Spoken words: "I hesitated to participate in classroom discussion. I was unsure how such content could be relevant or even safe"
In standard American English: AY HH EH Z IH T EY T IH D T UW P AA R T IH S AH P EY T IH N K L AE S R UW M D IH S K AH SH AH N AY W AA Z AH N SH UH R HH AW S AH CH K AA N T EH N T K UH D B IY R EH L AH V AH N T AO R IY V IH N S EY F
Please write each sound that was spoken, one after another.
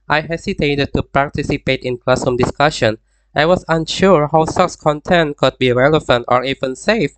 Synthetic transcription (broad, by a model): AY HH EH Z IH T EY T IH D T UW P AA R T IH S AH P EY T IH N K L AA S UW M D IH S K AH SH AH N AY W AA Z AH N SH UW R HH AW S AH S K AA N T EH N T K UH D B IY R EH L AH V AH N T AO R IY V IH N S EY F